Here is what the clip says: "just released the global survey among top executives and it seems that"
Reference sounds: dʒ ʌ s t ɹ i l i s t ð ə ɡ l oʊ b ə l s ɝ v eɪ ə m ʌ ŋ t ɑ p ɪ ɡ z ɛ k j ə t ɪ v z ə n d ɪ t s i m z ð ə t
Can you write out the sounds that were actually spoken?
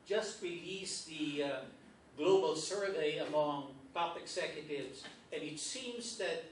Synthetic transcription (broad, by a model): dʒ ʌ s t ɹ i l i s ð ə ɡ l oʊ b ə l s ɝ v eɪ ə m ʌ ŋ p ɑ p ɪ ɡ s ɛ k j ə t ɪ v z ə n ɪ t s i m z ð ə t